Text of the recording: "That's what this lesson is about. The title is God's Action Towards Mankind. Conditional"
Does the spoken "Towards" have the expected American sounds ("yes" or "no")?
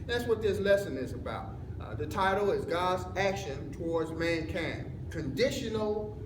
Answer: yes